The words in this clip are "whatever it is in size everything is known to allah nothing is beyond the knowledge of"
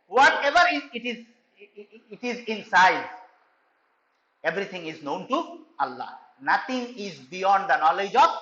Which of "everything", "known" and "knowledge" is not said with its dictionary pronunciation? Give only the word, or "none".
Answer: everything